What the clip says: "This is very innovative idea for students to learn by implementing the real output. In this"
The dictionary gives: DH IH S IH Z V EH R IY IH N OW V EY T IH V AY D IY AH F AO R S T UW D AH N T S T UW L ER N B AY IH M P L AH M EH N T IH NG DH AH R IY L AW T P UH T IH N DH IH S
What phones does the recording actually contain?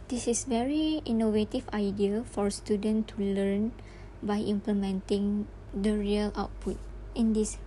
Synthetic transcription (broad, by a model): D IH S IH S V EH R IY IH N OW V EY T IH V AY D IY AH F AO R S T UW D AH N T T UW L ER N B AY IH M P L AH M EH N T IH NG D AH R IY L AW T P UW T IH N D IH S